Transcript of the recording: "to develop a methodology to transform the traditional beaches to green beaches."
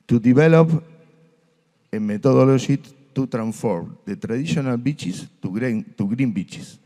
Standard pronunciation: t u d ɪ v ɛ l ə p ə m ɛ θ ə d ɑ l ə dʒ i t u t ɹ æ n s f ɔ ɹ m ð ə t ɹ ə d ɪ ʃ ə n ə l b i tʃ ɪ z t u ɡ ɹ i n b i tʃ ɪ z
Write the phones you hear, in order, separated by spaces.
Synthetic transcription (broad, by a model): t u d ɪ b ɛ l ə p ə m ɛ t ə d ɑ l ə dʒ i t u t ɹ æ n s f ɔ ɹ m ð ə t ɹ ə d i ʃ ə n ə l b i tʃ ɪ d t u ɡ ɹ i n b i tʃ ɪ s